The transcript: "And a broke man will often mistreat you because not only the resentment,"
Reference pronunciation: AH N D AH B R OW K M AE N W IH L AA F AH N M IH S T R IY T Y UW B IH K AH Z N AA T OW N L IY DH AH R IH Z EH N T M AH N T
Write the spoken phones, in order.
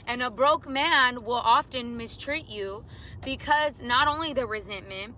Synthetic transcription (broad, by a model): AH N AH B R OW K M AE N W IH L AA F AH N M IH S T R IY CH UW B IH K AH Z N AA T OW N L IY DH AH R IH Z EH N M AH N T